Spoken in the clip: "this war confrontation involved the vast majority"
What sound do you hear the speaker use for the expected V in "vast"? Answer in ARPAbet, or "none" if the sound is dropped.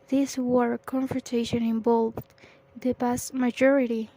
P